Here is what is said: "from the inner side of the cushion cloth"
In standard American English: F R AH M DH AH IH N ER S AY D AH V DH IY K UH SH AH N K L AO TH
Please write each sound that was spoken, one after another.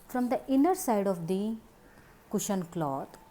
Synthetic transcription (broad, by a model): F R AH M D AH IH N ER S AY D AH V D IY K UH SH AH N K L AO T